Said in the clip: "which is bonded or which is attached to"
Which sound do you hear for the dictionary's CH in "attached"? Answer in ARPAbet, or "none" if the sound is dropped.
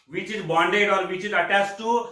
S